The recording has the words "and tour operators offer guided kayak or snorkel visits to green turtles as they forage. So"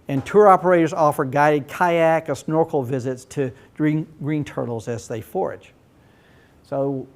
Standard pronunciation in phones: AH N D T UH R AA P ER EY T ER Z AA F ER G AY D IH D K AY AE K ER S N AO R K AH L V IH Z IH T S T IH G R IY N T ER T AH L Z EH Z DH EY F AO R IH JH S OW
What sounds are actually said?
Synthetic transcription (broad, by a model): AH N T UH R AA P ER EY T ER Z AA F ER G AY D IH D K AY AE K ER S N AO R K L V IH Z IH T S T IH G R IY N T ER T L Z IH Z DH EY F AO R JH S OW